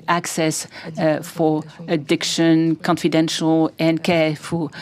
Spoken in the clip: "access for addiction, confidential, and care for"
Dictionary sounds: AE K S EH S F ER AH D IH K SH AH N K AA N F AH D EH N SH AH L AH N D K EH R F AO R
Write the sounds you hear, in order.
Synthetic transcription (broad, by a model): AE K S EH S F ER AH D IH K SH AH N K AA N F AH D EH N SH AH L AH N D K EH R F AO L